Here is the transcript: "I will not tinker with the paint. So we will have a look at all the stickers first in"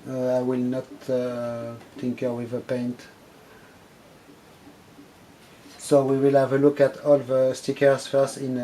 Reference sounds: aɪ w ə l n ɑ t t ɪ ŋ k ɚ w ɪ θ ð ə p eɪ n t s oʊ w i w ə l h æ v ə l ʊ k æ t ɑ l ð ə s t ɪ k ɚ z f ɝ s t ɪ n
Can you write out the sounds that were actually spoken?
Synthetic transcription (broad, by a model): aɪ w ə l n ɑ t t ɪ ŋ k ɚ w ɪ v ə p eɪ n t s oʊ w i w ə l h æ v ə l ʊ k æ t ɑ l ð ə s t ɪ k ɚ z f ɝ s ɪ n